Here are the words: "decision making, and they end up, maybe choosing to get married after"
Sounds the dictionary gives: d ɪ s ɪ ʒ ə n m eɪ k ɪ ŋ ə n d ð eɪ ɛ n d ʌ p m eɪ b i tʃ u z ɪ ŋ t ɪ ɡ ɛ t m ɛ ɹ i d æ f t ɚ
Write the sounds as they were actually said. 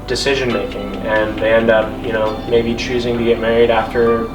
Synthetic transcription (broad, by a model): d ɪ s ɪ ʒ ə n m eɪ k ɪ ŋ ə n ð eɪ ɛ n d ʌ p m eɪ b i tʃ u z ɪ ŋ t ɪ ɡ ɛ t m ɛ ɹ i d æ f t ɚ